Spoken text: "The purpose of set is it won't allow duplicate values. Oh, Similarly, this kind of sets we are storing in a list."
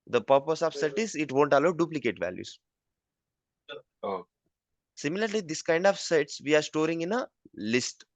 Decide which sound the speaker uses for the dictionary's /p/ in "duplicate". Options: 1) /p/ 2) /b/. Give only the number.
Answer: 1